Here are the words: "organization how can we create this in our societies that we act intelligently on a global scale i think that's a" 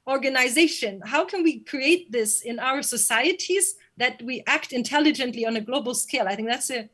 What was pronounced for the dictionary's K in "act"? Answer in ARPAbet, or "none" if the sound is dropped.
K